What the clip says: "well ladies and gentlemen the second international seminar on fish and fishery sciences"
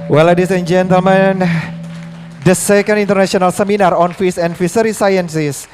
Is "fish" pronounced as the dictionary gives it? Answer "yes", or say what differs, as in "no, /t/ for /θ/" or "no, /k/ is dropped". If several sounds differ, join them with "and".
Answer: no, /s/ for /ʃ/